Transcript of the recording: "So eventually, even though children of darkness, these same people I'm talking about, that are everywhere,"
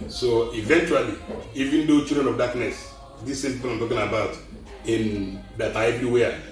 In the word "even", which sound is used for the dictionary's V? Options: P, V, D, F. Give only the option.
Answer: V